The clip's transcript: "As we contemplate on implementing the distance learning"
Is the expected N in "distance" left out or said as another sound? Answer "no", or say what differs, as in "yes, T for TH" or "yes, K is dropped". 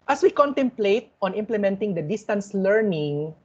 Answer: no